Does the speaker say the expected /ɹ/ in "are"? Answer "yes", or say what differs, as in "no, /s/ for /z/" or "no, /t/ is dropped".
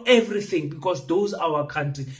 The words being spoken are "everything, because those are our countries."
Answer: no, /w/ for /ɹ/